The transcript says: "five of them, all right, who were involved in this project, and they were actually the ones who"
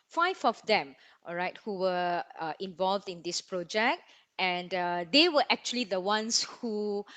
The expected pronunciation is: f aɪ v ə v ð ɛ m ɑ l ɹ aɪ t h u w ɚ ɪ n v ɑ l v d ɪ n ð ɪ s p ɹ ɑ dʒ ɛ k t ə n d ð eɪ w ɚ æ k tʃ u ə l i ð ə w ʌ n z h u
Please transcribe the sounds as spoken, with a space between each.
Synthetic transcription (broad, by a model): f aɪ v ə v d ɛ m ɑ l ɹ aɪ t h u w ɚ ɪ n v ɑ l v d ɪ n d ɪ s p ɹ ɑ dʒ ɛ k t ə n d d eɪ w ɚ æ k tʃ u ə l i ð ə w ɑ n s h u